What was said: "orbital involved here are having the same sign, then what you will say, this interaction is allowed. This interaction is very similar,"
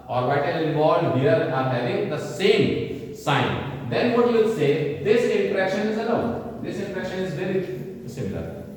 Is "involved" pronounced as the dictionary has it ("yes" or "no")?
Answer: no